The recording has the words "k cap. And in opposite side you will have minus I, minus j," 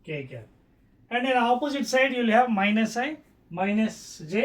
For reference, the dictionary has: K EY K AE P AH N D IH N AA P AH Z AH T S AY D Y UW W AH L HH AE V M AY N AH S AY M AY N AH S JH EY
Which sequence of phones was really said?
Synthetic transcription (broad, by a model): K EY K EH AH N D IH N AA P AH Z AH T S AY D Y UW L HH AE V M AY N AH S AY M AY N AH S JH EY